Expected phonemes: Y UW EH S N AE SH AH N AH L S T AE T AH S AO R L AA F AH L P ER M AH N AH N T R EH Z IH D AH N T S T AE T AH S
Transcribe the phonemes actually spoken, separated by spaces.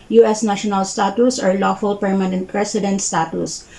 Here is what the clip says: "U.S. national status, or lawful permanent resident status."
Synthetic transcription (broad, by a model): Y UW EH S N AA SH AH N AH L S T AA T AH S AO R L AA F AH L P ER M AH N AH N T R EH S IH D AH N T S T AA T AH S